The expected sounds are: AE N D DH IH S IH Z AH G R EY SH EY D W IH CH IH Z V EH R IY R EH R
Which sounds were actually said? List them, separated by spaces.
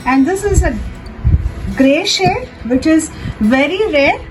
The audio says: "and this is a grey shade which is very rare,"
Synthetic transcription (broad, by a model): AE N D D IH S IH Z AH G R EY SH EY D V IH CH IH Z V EH R IY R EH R